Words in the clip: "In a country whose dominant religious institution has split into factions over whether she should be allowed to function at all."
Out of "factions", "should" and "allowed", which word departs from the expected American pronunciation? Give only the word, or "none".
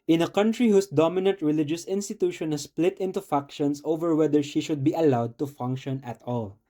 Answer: factions